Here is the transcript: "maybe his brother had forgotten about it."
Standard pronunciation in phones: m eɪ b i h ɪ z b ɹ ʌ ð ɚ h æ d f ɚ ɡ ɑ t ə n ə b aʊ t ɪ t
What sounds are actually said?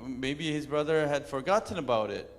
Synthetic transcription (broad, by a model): m eɪ b i h ɪ z b ɹ ʌ ð ɚ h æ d f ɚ ɡ ɑ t n ə b aʊ t ɪ t